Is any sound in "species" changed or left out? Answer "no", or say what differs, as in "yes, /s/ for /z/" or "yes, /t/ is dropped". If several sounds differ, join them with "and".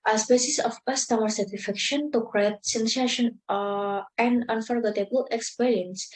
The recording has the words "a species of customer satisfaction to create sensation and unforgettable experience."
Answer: yes, /s/ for /ʃ/ and /s/ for /z/